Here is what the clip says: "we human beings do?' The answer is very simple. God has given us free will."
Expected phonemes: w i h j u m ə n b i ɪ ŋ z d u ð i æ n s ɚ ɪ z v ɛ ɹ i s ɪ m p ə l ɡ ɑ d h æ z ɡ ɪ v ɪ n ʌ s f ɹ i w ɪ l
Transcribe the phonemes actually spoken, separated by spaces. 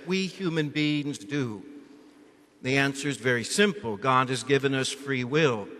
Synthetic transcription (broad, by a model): w i h j u m ə n b i ɪ ŋ z d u ð i æ n s ɚ z v ɛ ɹ i s ɪ m p l ɡ ɑ d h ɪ z ɡ ɪ v ɪ n ʌ s f ɹ i w ɪ l